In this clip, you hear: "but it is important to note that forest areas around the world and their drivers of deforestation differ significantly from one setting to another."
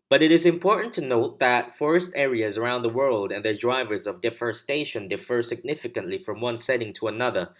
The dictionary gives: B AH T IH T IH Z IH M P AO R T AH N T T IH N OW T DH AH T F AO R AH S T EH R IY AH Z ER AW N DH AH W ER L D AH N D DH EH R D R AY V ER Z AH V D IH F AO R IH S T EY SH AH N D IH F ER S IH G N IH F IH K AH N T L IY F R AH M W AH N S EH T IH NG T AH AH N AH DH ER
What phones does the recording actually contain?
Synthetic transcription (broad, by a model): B AH T IH T IH Z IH M P AO R T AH N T T IH N OW T DH AH T F AO R AH S T EH R IY AH Z ER AW N DH AH W ER L D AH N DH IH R D R AY V ER Z AH V D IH F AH R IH S T EY SH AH N D IH F ER S IH G N IH F IH K AH N T L IY F R AH M W AH N S EH T IH NG T AH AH N AH DH ER